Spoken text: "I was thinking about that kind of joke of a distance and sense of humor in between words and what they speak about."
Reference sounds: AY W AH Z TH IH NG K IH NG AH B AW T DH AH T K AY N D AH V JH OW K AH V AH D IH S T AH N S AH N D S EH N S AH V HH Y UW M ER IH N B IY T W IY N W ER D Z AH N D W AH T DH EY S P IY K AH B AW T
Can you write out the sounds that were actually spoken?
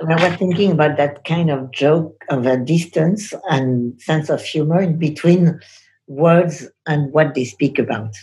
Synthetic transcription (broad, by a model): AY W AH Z TH IH NG K IH NG AH B AW T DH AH T K AY N D AH V JH OW K AH V AH D IH S T AH N S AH N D S EH N S AH V HH Y UW M ER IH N B IY T W IY N W ER D Z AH N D W AH T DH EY S P IY K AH B AW T